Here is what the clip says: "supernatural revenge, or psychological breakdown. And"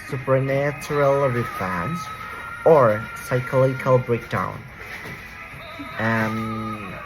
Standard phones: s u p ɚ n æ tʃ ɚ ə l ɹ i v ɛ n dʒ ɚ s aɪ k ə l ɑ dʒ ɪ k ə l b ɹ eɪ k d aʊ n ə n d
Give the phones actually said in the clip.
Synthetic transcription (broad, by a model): s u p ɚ n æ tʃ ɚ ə l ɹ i f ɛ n z ɚ s aɪ k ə l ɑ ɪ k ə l b ɹ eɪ k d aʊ ə n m